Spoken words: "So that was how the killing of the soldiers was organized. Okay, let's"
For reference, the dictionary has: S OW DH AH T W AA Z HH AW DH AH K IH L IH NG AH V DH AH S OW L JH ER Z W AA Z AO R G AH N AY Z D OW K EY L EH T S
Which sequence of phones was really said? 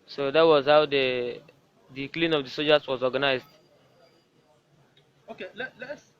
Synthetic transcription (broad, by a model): S OW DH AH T W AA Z HH AW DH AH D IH L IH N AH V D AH S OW JH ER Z W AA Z AO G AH N AY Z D OW K EY L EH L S